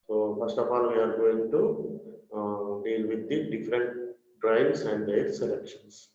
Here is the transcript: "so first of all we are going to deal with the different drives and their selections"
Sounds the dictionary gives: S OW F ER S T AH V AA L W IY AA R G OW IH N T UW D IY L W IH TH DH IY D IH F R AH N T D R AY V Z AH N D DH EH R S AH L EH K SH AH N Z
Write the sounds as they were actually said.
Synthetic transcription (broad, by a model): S OW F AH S T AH P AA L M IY AA R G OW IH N T UW D IY L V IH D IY D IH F R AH N T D R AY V S AH N D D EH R S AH L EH K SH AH N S